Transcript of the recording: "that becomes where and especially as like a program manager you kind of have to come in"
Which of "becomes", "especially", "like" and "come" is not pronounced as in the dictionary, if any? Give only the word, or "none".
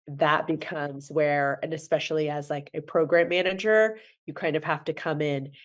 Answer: none